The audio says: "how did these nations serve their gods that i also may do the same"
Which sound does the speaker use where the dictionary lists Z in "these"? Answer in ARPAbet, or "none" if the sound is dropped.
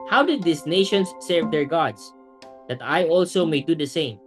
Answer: S